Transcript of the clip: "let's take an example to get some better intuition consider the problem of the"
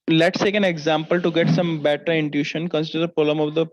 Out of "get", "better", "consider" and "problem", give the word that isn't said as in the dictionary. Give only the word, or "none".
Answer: problem